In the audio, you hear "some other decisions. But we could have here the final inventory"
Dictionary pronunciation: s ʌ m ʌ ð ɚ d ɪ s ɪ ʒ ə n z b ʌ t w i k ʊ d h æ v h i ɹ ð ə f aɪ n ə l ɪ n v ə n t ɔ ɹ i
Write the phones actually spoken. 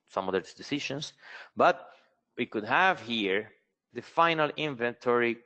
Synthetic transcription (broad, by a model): s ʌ m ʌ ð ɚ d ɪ s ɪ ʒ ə n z b ʌ t w i k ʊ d h æ v h i ɹ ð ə f aɪ n ə l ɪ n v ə n t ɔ ɹ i